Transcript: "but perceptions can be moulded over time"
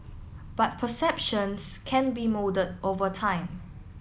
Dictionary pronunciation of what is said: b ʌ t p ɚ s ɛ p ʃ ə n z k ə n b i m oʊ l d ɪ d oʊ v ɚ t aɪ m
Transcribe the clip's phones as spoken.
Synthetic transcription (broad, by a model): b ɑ t p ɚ s ɛ p ʃ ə n s k ə n b i m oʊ d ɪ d oʊ v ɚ t aɪ m